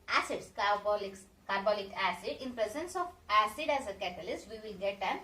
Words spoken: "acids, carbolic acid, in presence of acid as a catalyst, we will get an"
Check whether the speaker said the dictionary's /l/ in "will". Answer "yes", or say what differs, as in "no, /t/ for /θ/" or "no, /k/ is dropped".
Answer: no, /n/ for /l/